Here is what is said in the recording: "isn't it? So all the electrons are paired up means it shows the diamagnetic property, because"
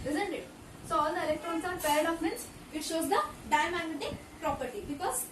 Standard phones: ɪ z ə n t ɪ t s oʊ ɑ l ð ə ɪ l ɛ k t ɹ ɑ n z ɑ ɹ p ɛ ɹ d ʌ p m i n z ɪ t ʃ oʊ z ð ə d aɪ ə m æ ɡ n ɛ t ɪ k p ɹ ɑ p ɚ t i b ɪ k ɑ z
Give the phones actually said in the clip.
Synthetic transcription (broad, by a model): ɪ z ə n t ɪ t s oʊ ɑ l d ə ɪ l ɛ k t ɹ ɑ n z ɑ ɹ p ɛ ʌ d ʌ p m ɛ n s ɪ t ʃ oʊ z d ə d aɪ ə m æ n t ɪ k p ɹ ɑ p ɚ t i b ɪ k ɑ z